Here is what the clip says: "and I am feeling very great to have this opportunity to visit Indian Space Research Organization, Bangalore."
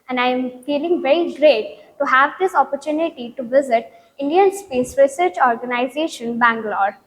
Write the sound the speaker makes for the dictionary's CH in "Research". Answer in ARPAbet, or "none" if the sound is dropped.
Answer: CH